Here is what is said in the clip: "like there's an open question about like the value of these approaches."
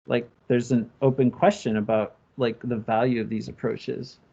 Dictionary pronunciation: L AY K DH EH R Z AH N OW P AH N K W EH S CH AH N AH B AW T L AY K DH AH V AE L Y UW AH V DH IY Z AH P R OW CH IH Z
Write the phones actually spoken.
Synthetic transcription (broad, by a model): L AY K DH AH R Z AH N OW P AH N K W EH S CH AH N AH B AW T L AY K DH AH V AE L Y UW AH V DH IY Z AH P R OW CH IH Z